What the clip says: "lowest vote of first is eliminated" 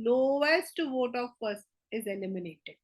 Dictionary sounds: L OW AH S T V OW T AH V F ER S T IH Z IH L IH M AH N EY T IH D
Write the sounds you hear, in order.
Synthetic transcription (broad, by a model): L OW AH S T V OW T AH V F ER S IH Z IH L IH M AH N EY T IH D